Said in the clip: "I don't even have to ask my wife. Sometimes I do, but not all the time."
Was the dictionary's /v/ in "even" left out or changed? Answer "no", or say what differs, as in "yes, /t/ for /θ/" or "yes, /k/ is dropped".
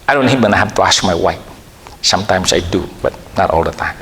yes, /b/ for /v/